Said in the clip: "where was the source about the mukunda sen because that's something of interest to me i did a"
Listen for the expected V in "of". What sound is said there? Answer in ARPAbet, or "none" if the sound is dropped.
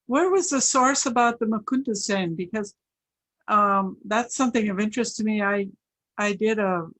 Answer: V